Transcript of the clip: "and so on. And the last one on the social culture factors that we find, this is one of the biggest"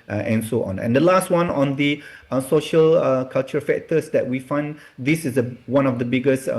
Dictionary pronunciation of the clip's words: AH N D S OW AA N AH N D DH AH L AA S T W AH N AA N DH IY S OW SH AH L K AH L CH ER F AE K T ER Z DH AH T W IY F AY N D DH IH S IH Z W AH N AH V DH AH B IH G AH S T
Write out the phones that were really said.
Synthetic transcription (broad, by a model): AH N S OW AA N AH N D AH L AA S T W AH N AA N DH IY S OW SH AH L K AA L CH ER F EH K T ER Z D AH T W IY F AY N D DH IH S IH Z W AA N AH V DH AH B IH G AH S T